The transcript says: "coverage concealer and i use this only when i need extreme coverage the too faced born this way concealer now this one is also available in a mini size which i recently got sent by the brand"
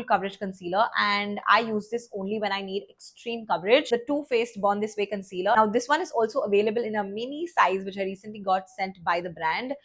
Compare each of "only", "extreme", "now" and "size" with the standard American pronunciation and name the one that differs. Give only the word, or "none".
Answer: none